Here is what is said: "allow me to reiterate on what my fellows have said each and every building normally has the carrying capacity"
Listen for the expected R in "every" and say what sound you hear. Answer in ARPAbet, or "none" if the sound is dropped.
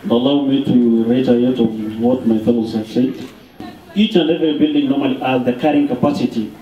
none